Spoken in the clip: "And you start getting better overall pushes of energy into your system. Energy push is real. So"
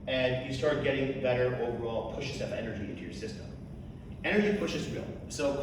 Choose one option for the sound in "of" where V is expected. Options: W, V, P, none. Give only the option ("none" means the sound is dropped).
P